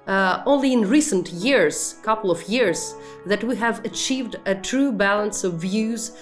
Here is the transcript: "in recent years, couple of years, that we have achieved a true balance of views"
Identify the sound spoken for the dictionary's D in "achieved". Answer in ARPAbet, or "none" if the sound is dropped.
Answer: D